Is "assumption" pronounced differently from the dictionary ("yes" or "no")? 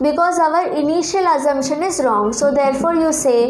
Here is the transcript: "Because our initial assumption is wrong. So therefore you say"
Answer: yes